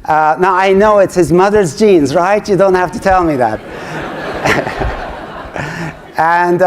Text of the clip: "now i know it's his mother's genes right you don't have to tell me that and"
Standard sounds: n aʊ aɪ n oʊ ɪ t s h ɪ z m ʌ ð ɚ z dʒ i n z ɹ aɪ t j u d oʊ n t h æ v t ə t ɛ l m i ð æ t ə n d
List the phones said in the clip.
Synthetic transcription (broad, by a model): n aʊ aɪ n oʊ ɪ t s h ɪ z m ʌ ð ɚ z dʒ i n z ɹ aɪ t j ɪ d oʊ n t h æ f t ə t ɛ l m i ð æ t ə n